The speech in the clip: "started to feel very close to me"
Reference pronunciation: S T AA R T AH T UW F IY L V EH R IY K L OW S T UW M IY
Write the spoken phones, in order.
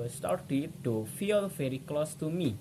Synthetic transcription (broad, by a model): S T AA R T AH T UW F IY L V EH R IY K L OW S T UW M IY